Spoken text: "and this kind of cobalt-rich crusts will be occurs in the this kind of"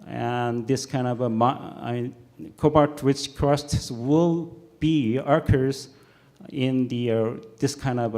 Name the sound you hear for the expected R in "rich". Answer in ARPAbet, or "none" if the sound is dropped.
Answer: W